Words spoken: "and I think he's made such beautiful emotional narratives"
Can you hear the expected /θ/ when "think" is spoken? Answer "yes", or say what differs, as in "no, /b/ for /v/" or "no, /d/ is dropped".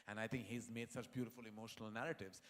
no, /t/ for /θ/